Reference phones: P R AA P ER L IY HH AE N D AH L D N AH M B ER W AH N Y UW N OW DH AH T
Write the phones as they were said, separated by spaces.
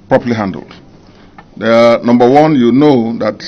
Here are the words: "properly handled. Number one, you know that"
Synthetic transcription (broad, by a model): P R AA P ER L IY HH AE N D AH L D N AH M B ER W AH N Y UW N OW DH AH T